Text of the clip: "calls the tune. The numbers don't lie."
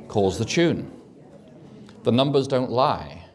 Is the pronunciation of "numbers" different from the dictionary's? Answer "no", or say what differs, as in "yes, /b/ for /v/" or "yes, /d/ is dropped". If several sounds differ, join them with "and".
no